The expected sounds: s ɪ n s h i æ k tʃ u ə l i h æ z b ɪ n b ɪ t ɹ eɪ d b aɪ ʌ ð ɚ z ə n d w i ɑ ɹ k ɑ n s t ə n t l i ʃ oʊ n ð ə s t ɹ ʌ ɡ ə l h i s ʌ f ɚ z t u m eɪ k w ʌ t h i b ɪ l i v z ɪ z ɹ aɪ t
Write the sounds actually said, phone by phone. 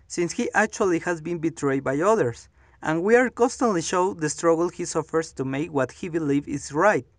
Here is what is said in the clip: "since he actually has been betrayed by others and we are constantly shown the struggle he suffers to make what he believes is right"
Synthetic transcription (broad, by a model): s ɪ n s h i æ k tʃ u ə l i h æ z b ɪ n b ɪ t ɹ eɪ d b aɪ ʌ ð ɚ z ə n w i ɑ ɹ k ɑ n s t ə n t l i ʃ oʊ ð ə s t ɹ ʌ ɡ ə l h i s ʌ f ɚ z t u m eɪ k w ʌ t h i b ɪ l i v ɪ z ɹ aɪ t